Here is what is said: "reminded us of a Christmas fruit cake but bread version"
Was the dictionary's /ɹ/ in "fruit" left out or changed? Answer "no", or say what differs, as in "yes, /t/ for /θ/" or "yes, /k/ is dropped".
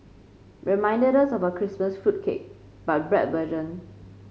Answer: yes, /ɹ/ is dropped